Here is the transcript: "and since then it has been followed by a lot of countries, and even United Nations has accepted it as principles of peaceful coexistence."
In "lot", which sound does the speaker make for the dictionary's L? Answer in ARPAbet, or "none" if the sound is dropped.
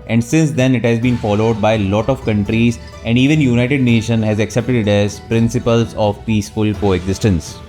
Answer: L